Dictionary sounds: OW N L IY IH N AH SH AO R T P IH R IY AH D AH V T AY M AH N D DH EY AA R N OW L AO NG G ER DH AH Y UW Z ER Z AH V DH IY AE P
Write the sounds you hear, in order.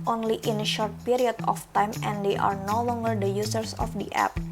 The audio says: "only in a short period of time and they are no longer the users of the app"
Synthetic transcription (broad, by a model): OW N L IY IH N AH SH AO R T P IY R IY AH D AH F T AY M AH N D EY AA R N OW L AO NG G ER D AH Y UW S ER S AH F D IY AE P